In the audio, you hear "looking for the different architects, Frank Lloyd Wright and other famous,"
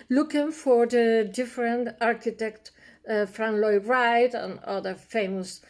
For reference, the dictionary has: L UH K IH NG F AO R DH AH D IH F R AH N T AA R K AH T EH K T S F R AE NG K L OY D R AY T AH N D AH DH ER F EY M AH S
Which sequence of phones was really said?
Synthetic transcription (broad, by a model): L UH K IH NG F AO R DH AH D IH F R AH N T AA R K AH T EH K T F R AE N L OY R AY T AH N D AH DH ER F EY M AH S